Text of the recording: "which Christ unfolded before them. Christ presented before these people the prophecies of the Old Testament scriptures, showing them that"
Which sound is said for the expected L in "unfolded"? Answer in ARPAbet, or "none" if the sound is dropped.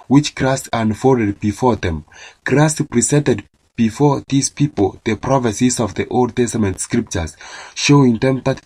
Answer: none